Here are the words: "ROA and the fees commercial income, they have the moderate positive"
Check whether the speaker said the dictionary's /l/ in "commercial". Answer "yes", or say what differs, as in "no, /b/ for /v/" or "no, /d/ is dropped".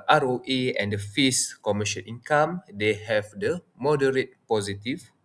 no, /n/ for /l/